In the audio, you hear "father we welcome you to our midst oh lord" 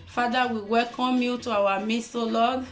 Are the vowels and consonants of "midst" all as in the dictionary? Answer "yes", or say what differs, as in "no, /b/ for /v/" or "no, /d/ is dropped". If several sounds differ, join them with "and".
no, /t/ is dropped